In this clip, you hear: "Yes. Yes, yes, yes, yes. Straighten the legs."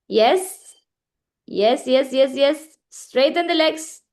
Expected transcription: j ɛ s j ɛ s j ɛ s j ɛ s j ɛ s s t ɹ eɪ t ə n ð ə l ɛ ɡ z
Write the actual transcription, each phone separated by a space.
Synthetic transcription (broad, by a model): j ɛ s j ɛ s j ɛ s j ɛ s j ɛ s s t ɹ eɪ t ə n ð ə l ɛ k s